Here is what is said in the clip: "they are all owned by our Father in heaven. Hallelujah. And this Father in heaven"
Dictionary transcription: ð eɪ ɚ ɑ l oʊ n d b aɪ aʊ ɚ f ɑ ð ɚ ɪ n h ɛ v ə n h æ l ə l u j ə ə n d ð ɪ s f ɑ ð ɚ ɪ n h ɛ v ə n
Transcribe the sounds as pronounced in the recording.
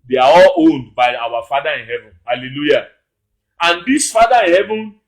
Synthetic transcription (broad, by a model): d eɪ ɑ ɑ l oʊ n d b aɪ aʊ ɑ f ɑ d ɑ ɪ n h ɛ v ə n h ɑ l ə l u j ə ə n d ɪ s f ɑ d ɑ ɪ n h ɛ v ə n